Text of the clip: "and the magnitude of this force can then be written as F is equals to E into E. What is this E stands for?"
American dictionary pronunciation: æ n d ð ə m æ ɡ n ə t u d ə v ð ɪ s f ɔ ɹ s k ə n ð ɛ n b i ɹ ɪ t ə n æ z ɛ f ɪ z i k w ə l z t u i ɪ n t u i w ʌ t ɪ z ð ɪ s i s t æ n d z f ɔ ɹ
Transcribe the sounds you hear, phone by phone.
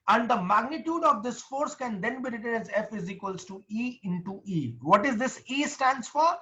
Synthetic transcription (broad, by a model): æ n d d ə m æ ɡ n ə t u d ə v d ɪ s f ɔ ɹ s k ə n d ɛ n b i ɹ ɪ t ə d æ z ɛ f ɪ z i k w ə l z t u i ɪ n t u i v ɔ t ɪ z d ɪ s i s t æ n d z f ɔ ɹ